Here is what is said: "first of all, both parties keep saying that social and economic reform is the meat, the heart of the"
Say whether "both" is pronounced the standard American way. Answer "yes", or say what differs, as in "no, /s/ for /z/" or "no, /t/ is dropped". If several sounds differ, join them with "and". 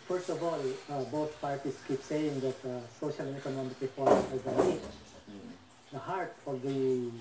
no, /t/ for /θ/